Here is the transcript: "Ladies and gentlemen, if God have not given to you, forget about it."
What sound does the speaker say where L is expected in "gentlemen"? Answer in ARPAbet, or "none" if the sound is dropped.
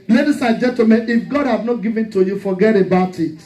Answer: none